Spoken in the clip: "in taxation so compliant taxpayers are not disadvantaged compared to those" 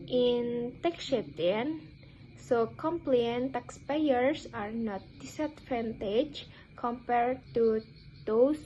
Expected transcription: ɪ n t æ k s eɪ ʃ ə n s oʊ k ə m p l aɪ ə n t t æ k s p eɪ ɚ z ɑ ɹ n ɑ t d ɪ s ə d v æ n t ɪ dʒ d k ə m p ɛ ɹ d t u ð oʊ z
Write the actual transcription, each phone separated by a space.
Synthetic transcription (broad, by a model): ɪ n t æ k ʃ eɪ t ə n s oʊ k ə m p l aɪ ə n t t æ k s p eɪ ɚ s ɑ ɹ n ɑ t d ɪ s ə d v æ n t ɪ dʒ k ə m p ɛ ɹ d t u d oʊ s